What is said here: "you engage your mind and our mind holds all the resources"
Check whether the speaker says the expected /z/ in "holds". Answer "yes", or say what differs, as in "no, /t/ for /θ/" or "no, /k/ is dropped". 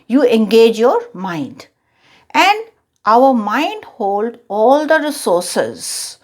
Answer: no, /z/ is dropped